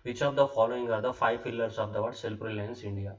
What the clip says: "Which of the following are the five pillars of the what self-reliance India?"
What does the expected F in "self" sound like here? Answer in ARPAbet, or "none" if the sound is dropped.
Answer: P